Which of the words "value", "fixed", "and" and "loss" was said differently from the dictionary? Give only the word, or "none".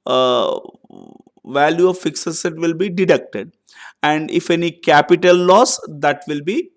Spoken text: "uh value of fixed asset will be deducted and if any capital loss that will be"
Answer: fixed